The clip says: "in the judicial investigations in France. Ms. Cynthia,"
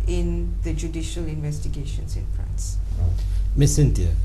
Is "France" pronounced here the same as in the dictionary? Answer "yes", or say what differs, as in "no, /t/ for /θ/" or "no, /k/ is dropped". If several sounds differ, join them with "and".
no, /p/ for /f/